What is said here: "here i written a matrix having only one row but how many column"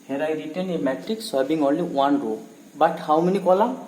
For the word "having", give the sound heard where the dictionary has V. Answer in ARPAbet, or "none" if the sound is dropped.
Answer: B